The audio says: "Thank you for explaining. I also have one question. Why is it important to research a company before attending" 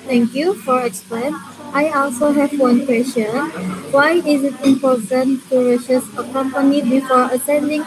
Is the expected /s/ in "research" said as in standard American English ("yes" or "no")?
no